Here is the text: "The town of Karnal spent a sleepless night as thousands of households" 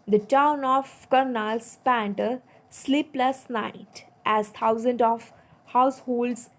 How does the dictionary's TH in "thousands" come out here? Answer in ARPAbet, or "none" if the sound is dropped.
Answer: T